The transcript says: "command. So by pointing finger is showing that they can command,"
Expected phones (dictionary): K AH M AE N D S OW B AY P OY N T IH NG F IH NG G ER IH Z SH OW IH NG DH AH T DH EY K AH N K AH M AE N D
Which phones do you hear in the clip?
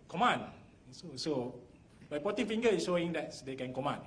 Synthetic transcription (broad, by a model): K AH M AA N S S OW B AY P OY T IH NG F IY NG G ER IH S SH OW IH NG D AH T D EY K AH N K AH M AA N